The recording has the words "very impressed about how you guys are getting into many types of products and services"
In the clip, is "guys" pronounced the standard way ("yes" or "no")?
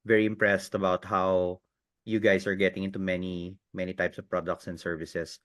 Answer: no